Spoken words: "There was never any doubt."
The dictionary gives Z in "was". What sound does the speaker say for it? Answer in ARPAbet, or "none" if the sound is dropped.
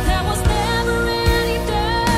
Z